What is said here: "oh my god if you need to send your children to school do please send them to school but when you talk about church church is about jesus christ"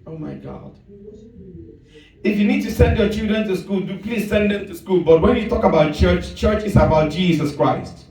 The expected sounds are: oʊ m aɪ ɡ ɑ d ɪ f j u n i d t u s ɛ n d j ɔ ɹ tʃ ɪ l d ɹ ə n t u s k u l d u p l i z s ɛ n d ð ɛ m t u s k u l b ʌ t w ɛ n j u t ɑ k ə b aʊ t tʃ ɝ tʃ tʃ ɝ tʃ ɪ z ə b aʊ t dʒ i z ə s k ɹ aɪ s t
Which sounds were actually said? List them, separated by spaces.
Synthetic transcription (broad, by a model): oʊ m aɪ ɡ ɑ d ɪ f j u n i d t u s ɛ n d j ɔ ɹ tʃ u d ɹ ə n t u s k u l d u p l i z s ɛ n d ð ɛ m t u s k u l b ʌ t w ɛ n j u t ɑ k ə b aʊ t tʃ ɝ tʃ tʃ ɝ tʃ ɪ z ə b aʊ t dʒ i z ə s k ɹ aɪ s t